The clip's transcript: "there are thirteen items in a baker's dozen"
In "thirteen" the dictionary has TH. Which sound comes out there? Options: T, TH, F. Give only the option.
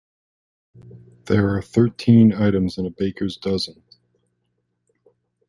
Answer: TH